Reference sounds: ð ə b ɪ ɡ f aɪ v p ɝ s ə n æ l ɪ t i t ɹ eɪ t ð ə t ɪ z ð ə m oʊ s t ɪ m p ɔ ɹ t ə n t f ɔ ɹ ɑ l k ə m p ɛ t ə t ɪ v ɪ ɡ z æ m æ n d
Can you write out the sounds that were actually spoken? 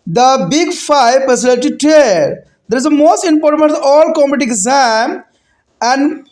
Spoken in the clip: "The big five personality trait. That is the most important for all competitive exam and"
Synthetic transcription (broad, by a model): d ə b ɪ ɡ f aɪ v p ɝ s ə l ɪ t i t eɪ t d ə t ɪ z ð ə m oʊ s t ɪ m p ɔ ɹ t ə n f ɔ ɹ ɑ l k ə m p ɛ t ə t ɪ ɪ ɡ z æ m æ n d